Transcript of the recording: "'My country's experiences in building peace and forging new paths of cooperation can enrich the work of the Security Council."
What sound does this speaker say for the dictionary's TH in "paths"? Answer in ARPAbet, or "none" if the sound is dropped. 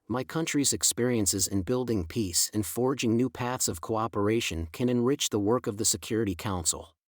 TH